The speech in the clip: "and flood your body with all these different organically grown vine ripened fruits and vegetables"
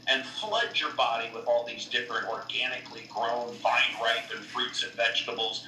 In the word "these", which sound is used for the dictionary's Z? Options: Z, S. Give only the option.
Z